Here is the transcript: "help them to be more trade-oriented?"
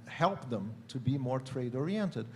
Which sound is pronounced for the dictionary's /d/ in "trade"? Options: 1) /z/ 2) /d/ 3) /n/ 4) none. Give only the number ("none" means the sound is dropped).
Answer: 2